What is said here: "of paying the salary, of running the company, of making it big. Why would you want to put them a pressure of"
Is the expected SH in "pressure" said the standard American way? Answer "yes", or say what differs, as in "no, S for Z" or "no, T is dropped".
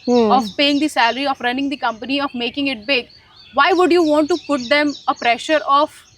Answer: yes